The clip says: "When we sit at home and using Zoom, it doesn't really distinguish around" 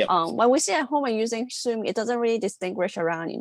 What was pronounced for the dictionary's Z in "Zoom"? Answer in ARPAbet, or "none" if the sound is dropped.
S